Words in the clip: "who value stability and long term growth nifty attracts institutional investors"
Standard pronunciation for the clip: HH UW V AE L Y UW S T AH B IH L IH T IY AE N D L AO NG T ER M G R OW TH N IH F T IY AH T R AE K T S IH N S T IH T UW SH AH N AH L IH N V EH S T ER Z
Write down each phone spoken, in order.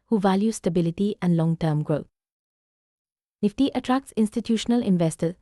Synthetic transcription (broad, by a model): HH UW V AE L Y UW S T AH B IH L IH T IY AE N D L AO NG T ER M G R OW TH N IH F T IY AH T R AE K T S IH N S T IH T UW SH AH N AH L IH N V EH S T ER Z